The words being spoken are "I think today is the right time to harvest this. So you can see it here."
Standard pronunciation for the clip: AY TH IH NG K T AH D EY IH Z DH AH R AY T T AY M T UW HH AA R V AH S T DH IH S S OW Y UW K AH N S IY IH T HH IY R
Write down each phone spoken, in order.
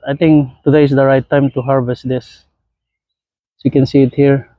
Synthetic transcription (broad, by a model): AY T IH NG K T AH D EY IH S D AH R AY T T AY M T UW HH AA R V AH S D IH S S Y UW K AH N S IY IH T HH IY R